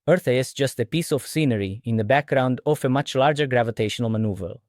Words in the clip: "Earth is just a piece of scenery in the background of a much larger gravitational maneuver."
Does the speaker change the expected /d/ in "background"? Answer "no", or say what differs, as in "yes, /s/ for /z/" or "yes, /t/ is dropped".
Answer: no